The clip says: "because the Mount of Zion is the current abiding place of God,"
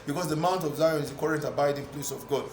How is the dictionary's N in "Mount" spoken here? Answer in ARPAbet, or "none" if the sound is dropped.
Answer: N